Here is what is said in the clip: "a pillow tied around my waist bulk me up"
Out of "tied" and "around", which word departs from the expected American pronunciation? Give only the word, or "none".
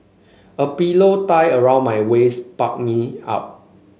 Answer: tied